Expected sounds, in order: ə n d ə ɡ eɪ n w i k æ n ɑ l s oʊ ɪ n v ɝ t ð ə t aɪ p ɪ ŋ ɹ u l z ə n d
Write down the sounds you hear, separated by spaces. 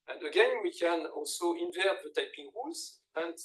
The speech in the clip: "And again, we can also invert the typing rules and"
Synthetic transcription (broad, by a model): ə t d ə ɡ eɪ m w i k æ n ɑ l s oʊ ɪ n v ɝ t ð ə t aɪ p ɪ ŋ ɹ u z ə n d